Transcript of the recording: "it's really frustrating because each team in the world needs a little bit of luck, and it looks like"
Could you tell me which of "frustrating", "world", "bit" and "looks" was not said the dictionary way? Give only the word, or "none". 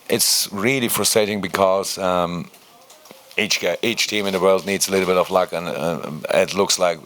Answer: none